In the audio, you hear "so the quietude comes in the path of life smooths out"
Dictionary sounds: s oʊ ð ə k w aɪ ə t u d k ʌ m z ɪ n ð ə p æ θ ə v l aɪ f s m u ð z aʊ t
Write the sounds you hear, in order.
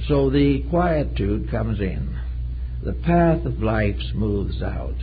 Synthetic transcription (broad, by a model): s oʊ ð ə k w aɪ ə t u d k ʌ m z ɪ n ð ə p æ θ ə v l aɪ f s m u ð z aʊ t